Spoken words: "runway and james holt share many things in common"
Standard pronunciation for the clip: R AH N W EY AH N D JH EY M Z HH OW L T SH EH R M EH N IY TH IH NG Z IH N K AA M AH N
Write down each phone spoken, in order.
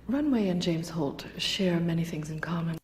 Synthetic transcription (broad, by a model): R AH N W EY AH N JH EY M Z HH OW L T SH EH R M EH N IY TH IH NG Z IH N K AA M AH N